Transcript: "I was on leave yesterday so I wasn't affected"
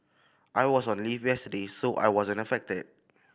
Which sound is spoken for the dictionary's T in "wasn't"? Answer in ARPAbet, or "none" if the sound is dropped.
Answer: none